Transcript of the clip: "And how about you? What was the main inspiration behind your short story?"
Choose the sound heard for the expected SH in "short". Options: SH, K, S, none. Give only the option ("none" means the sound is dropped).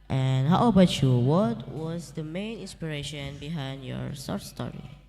S